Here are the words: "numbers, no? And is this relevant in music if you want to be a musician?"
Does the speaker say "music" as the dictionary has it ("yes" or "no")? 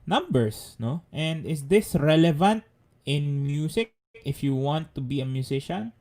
no